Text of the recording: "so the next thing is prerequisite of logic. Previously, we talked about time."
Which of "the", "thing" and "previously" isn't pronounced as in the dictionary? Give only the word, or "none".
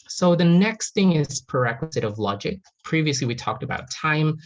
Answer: none